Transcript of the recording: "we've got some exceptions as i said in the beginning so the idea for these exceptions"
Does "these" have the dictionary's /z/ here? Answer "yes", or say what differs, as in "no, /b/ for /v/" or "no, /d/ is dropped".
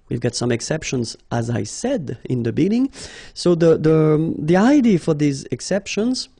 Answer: yes